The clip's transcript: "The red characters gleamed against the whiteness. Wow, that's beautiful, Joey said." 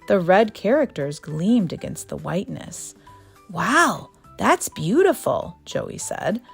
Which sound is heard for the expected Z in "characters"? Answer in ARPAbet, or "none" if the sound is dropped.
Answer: Z